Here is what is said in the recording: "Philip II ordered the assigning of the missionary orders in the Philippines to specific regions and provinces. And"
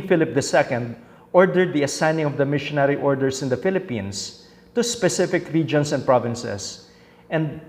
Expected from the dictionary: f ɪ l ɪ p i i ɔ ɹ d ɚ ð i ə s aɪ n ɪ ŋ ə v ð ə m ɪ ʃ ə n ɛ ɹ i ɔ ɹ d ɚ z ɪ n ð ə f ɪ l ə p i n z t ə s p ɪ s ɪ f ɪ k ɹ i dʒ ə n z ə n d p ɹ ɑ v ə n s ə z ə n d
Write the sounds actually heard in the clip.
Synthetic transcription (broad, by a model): f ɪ l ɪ p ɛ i ɔ ɹ d ɚ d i ə s aɪ n ɪ ŋ ə v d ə m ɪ ʃ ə n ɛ ɹ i ɔ ɹ d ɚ s ɪ n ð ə f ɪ l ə p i n s t ə s p ɪ s ɪ f ɪ k ɹ i dʒ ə n s ə n d p ɹ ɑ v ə n s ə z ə n d